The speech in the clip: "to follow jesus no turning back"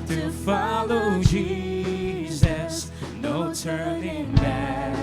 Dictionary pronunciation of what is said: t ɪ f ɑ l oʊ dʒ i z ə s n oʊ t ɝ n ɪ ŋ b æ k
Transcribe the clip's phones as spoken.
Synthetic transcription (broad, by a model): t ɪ f ɑ l oʊ dʒ i z ə s n oʊ t ɝ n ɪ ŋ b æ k